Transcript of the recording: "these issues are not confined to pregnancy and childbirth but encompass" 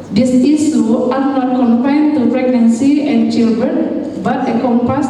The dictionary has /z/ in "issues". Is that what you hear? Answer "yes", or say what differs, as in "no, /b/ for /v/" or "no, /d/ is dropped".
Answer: no, /z/ is dropped